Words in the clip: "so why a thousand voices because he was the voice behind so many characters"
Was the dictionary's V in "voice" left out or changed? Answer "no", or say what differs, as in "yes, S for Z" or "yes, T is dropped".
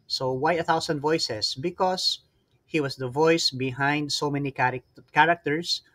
no